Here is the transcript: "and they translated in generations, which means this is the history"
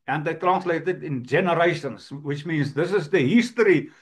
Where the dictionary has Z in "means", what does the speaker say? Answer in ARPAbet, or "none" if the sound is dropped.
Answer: Z